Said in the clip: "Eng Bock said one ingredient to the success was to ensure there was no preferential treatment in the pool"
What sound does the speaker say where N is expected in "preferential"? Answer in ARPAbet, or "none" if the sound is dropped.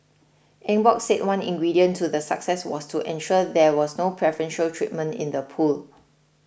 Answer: N